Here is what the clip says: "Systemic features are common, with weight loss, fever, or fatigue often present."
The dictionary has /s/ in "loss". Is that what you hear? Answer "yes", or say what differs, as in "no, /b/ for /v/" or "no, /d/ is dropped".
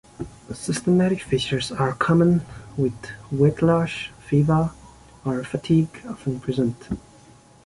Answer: no, /ʃ/ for /s/